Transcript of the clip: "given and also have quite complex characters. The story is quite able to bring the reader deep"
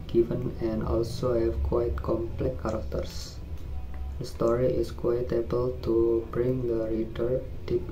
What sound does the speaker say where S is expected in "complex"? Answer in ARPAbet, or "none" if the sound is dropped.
none